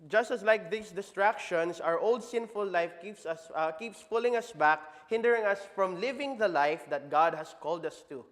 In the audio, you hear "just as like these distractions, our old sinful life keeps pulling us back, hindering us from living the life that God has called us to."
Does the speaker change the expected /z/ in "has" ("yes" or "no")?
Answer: yes